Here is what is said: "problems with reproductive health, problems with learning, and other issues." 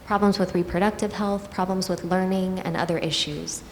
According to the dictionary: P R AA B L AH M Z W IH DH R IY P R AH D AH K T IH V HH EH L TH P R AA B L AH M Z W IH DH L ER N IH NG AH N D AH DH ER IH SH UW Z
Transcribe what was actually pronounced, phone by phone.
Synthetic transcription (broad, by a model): P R AA B L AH M Z W IH DH R IY P R AH D AH K T IH V HH EH L TH P R AA B L AH M Z W IH DH L ER N IH NG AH N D AH DH ER IH SH UW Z